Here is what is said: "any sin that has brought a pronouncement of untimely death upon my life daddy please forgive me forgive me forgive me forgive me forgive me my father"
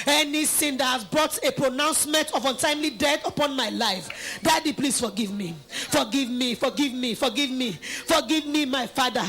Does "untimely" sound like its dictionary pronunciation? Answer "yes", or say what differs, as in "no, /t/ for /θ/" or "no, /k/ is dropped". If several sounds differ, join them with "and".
yes